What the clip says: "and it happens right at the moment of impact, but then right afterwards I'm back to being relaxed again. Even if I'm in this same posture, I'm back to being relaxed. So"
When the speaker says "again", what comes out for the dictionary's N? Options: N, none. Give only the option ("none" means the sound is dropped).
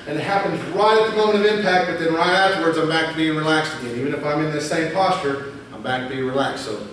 none